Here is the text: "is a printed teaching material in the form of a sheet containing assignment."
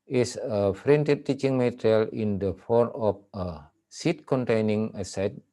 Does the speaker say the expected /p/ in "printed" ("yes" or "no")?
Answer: no